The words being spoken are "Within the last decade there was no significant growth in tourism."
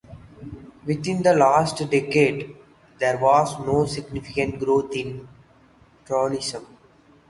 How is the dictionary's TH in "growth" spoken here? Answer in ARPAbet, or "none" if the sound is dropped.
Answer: T